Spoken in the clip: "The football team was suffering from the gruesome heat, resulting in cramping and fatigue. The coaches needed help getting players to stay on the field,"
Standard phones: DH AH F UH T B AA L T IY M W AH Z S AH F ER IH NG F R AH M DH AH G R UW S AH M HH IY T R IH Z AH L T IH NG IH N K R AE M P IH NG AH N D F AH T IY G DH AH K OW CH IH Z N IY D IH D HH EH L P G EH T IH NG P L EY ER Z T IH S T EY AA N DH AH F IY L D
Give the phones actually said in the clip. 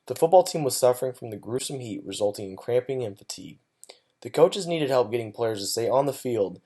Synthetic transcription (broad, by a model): DH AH F UH T B AA L T IY M W AH Z S AH F ER IH NG F R AH M DH AH G R UW S AH M HH IY T R IH Z AH L T IH NG IH N K R AE M P IH NG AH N F AH T IY G DH AH K OW CH IH Z N IY D IH D HH EH L P G EH T IH NG P L EY ER Z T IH S EY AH N DH AH F IY L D